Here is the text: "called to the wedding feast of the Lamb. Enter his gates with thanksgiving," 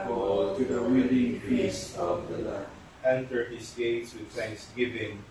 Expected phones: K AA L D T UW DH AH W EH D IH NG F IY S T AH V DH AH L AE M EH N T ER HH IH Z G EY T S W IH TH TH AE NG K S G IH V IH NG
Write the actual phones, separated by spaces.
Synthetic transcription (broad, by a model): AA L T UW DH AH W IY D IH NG P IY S AH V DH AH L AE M EH N T ER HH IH S G EY T S W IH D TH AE NG K S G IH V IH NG